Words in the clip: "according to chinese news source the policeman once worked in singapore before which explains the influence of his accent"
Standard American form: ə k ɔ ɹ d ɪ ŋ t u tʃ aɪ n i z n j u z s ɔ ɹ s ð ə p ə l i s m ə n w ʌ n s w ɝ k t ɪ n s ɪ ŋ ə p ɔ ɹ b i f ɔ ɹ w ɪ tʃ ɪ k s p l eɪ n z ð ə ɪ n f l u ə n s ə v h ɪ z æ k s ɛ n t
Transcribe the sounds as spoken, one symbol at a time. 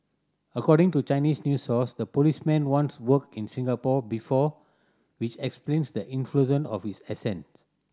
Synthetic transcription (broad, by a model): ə k ɔ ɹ d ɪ ŋ t u tʃ aɪ n i s n j u s ɔ s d ə p ə l i s m ə n w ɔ n s w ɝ k ɪ n s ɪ ŋ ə p ɔ b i f ɔ w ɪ tʃ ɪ k s p l eɪ n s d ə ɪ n f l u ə n ə f h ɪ s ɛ s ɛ n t